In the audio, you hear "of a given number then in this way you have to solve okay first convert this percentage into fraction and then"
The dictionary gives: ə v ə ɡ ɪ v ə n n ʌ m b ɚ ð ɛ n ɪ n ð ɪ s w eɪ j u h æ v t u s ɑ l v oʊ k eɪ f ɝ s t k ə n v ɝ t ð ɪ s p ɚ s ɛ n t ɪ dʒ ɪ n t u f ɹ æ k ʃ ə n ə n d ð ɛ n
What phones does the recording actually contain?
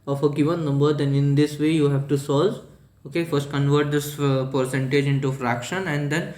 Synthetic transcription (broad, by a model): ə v ə ɡ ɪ v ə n n ʌ m b ɚ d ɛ n ɪ n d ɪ s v eɪ j u h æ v t u s ɑ l v oʊ k eɪ f ɝ s t k ə n v ɝ t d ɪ s p ɚ s ɛ n t ɪ dʒ ɪ n t u f ɹ æ k ʃ ə n ə n d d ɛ n